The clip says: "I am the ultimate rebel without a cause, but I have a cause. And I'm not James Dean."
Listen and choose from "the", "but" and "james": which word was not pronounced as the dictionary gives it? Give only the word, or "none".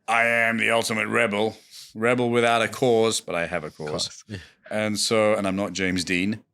none